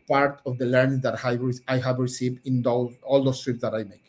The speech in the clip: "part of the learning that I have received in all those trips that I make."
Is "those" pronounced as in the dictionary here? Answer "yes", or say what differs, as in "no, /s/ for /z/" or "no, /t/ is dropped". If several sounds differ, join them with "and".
no, /s/ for /z/